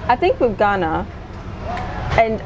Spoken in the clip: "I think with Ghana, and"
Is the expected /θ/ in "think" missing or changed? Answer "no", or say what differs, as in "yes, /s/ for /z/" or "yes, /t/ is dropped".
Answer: no